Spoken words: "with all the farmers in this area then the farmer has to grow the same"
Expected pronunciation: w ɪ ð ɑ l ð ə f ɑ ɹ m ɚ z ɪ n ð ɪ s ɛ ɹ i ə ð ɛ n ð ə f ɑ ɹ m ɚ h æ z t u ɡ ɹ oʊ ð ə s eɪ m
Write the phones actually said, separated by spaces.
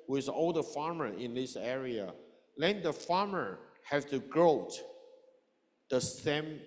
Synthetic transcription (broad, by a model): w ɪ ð ɑ l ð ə f ɑ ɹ m ɚ ɪ n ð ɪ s ɛ ɹ i ə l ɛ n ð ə f ɑ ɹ m ɚ h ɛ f t u ɡ ɹ oʊ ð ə s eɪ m